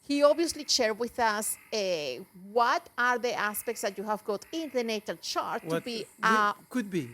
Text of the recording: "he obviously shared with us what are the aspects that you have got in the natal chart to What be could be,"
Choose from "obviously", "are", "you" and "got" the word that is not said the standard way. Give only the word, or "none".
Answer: obviously